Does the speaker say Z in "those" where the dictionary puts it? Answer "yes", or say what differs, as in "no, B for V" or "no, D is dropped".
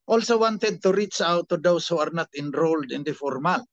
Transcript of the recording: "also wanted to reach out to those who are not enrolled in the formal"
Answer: no, S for Z